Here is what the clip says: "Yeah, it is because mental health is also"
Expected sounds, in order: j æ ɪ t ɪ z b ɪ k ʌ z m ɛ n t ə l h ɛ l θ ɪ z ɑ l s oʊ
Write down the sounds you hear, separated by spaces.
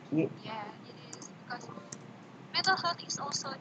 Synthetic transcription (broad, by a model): j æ ɪ t ɪ z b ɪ k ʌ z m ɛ t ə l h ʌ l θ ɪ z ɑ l s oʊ